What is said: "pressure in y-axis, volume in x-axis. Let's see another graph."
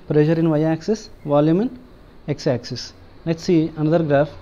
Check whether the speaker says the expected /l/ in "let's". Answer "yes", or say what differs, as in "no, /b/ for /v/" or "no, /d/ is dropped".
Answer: no, /n/ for /l/